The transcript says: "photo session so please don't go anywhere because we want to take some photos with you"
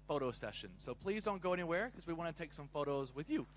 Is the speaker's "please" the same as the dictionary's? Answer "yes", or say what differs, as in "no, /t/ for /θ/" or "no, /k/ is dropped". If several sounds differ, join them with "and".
yes